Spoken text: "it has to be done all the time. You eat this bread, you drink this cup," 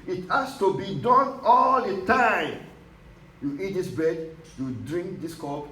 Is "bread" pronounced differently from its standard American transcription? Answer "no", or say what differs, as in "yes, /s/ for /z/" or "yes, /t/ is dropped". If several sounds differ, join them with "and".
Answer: yes, /ɹ/ is dropped